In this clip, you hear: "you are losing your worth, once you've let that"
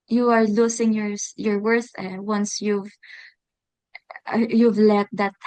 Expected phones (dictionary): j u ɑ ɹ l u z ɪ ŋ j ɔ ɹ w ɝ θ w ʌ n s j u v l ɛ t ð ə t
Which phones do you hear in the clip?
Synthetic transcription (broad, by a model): j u ɑ ɹ l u s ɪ ŋ j ɔ ɹ w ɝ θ w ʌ n s j u v l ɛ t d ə t